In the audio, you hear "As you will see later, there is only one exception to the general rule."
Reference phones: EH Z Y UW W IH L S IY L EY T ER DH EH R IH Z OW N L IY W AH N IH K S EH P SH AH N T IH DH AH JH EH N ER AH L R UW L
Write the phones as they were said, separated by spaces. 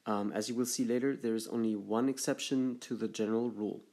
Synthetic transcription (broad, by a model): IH Z Y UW W IH L S IY L EY T ER DH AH R IH Z OW N L IY W AH N IH K S EH P SH AH N T IH DH AH JH EH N ER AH L R UW L